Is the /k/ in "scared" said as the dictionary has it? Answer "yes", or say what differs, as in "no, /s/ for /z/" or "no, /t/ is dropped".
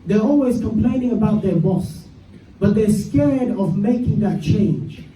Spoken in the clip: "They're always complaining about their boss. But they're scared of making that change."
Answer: yes